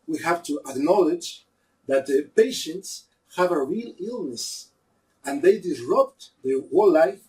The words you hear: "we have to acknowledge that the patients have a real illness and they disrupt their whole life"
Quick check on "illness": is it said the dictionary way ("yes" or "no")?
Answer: yes